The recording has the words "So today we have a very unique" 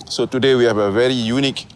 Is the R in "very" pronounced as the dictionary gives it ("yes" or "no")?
yes